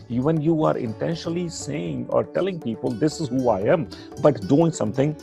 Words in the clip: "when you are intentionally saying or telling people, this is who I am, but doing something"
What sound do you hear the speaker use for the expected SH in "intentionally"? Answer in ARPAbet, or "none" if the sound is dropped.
SH